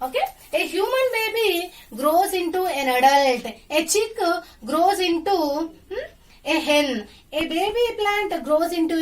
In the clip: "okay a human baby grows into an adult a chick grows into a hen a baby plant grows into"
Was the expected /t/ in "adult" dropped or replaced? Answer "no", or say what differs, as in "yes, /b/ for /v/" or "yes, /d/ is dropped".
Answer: no